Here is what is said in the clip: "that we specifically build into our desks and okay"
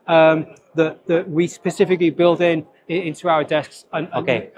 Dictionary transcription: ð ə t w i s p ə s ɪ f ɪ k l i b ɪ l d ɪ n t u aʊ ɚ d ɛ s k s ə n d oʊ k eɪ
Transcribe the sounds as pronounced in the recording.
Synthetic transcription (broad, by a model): ð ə t w i s p ə s ɪ f ɪ k l i b ɪ l d ɪ n t u aʊ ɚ d ɛ s k s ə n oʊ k eɪ